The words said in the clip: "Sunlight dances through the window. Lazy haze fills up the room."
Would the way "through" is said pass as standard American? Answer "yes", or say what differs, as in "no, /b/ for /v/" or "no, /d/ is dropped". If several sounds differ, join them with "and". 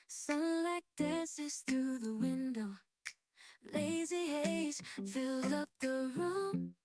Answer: yes